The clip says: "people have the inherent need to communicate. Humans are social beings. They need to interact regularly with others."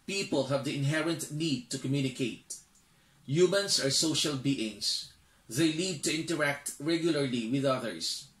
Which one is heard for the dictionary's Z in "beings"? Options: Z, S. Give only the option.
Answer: S